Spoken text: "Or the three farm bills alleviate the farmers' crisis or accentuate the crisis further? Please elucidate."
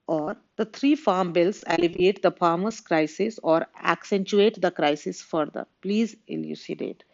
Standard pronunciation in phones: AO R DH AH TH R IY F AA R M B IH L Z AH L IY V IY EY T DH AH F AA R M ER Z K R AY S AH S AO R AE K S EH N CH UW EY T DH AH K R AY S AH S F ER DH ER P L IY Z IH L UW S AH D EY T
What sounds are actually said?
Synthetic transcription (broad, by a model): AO R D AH T R IY F AA R M B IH L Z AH L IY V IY EY T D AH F AA R M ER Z K R AY S AH S AO R AE K S EH N CH UW EY T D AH K R AY S AH S F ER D ER P L IY Z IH L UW S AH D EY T